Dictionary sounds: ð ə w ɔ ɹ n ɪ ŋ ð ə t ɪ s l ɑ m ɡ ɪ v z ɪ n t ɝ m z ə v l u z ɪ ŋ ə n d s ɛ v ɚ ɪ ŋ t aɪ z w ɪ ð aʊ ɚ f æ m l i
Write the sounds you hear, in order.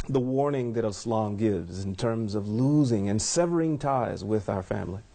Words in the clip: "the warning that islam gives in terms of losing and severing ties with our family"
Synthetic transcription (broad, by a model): ð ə w ɔ ɹ n ɪ ŋ ð ə t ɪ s l ɑ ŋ ɡ ɪ v z ɪ n t ɝ m z ə v l u z ɪ ŋ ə n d s ɛ v ɚ ɪ ŋ t aɪ z w ɪ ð aʊ ɚ f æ m l i